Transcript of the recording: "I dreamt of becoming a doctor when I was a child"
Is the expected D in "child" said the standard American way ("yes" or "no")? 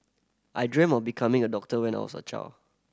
no